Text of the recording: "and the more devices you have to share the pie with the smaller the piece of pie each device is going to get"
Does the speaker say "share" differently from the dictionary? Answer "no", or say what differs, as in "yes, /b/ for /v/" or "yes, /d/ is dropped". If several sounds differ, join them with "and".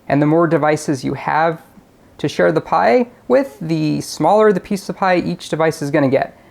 no